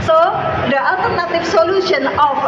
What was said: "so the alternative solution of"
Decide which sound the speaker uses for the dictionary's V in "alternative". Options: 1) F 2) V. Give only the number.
1